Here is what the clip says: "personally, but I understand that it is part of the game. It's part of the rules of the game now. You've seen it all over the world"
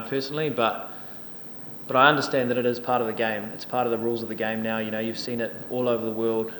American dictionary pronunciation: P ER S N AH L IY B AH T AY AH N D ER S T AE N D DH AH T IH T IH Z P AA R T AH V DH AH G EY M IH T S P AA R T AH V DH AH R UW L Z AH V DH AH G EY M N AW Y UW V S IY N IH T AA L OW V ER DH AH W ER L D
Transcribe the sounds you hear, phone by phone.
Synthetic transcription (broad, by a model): P ER S N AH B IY B AH T AY AH N D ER S T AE N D DH AH T IH T IH Z P AA R T AH V DH AH G EY M IH T S P AA R T AH V DH AH R UW L Z AH V DH AH G EY M N AW Y UW V S IY N IH T AA L OW V ER DH AH W ER L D